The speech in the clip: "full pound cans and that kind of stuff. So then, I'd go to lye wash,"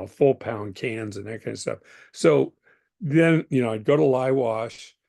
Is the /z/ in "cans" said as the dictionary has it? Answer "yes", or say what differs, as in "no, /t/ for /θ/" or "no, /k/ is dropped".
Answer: yes